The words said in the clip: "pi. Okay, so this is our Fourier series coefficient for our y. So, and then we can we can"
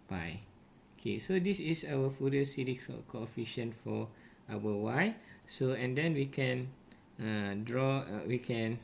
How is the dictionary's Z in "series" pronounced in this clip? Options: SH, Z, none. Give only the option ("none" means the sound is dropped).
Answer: none